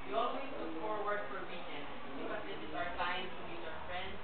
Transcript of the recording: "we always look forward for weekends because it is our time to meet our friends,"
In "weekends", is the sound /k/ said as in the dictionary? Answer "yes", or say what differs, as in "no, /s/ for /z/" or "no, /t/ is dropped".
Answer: no, /k/ is dropped